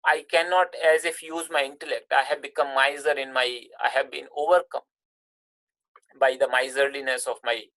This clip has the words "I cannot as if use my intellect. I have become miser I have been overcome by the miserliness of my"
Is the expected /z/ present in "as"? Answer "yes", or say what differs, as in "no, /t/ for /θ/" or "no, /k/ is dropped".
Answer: yes